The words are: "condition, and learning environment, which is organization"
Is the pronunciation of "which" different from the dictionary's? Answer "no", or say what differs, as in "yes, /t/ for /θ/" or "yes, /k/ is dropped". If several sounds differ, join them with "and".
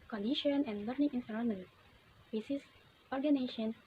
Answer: yes, /s/ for /tʃ/